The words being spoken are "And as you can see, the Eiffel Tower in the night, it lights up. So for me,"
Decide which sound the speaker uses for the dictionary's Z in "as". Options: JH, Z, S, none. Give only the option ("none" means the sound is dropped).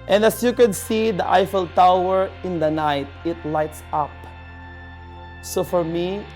S